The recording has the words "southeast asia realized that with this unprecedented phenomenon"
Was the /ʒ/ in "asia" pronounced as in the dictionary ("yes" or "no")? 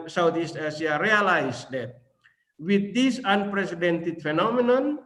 no